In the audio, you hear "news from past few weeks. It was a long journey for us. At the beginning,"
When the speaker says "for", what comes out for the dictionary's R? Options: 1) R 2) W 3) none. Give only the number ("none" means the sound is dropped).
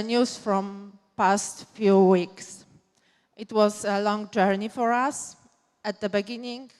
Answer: 1